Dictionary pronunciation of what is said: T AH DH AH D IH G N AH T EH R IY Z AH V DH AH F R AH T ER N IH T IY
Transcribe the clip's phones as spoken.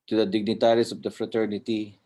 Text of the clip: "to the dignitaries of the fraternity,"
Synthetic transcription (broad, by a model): T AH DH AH D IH G N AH T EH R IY S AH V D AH F R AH T ER N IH T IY